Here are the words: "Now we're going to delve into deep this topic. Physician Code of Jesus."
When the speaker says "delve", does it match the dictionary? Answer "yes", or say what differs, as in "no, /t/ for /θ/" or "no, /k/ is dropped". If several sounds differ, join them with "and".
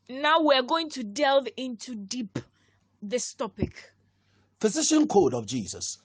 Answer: yes